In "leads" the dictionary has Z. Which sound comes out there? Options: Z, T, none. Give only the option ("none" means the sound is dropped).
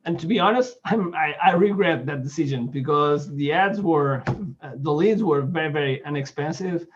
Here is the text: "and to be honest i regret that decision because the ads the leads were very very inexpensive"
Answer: Z